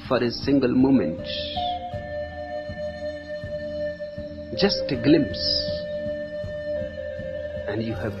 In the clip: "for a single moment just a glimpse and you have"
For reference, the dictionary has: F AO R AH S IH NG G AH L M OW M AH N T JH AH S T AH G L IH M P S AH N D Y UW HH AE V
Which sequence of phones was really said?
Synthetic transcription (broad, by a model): F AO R AH S IH NG G AH L M OW M AH N T JH AH S T G L IH M P S AH N D Y UW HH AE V